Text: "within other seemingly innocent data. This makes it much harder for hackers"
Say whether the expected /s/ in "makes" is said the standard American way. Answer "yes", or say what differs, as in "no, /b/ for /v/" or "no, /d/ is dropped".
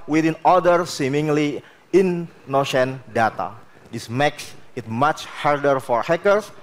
yes